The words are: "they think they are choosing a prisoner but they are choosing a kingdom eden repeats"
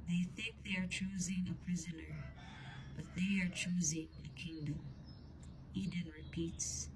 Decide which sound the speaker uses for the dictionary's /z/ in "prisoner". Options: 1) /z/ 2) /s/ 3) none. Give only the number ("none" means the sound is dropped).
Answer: 1